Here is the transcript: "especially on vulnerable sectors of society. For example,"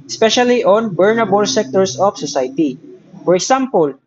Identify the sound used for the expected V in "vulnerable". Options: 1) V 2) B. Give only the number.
2